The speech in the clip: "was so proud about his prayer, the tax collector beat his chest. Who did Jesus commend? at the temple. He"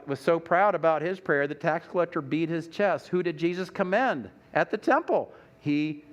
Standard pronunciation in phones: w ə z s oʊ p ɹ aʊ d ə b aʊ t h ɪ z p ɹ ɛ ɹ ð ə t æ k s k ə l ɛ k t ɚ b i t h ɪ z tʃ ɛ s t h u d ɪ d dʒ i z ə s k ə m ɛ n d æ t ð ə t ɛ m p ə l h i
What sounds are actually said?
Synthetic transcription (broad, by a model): w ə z s oʊ p ɹ aʊ d ə b aʊ t h ɪ z p ɹ ɛ ɹ ð ə t æ k s k ə l ɛ k t ɚ b i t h ɪ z tʃ ɛ s t h u d ɪ d dʒ i z ə s k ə m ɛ n d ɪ t ð ə t ɛ m p l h i